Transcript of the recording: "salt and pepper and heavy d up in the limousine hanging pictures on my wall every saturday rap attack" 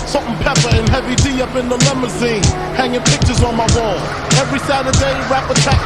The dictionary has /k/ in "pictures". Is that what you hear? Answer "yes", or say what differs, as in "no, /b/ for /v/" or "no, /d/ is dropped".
yes